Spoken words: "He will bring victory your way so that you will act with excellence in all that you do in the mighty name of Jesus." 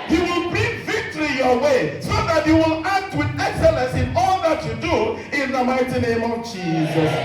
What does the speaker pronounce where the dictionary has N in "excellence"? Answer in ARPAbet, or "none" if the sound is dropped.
N